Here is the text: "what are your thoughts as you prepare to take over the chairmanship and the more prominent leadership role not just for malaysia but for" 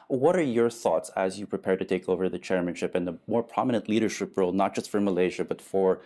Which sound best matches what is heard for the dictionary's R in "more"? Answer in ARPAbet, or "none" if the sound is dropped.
R